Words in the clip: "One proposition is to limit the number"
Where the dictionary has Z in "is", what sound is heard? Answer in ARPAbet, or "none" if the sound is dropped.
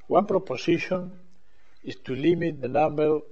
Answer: S